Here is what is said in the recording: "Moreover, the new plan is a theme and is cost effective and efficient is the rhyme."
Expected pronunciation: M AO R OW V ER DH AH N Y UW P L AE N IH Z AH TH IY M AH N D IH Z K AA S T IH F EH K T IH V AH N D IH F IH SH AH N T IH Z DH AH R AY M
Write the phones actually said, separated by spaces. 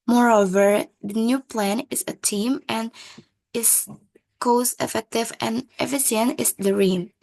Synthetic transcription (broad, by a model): M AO R OW V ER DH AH N Y UW P L AE N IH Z AH T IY M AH N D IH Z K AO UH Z IH F EH K T IH V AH N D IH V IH S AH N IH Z DH AH R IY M